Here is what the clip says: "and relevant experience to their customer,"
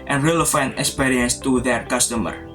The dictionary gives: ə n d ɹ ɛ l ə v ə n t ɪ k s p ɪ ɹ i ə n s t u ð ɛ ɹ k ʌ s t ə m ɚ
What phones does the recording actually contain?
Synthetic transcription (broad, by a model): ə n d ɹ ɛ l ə f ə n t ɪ k s p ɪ ɹ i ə n s t u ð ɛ ɹ k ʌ s t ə m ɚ